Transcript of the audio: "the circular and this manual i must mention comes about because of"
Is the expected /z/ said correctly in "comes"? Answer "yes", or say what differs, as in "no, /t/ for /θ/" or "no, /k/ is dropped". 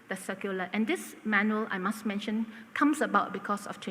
no, /s/ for /z/